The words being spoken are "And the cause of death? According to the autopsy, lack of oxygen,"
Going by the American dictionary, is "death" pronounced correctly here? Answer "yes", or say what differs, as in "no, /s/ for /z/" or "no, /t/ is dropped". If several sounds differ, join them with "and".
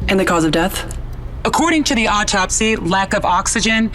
yes